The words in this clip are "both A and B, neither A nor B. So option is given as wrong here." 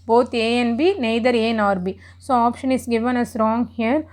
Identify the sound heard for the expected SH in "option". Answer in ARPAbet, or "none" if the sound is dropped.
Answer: SH